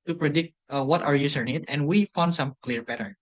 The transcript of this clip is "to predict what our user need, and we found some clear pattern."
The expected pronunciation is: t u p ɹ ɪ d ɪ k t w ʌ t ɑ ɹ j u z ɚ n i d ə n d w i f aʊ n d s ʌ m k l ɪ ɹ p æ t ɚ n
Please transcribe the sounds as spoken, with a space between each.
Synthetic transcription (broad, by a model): t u p ɹ ɪ d ɪ k t w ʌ t ɑ ɹ j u s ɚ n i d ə n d w i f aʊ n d s ʌ m k l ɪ ɹ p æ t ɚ n